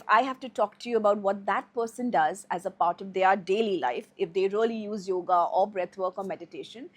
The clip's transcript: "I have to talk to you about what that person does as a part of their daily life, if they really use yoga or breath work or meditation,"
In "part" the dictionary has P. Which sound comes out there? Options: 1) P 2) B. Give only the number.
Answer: 1